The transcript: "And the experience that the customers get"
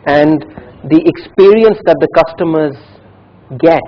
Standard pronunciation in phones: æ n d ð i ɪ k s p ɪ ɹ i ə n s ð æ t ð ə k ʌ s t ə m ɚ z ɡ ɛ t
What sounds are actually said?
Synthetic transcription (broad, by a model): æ n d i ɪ k s p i ɹ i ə n s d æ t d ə k ʌ s t ə m ɚ z ɡ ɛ t